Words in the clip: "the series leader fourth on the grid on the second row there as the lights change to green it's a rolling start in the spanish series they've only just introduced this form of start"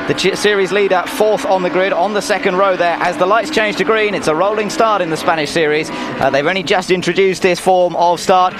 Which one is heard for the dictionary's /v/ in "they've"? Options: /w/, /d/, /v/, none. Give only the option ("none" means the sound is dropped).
/v/